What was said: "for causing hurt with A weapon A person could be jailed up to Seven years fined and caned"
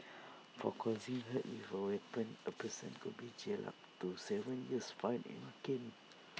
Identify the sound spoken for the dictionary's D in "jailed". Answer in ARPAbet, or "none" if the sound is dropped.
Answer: none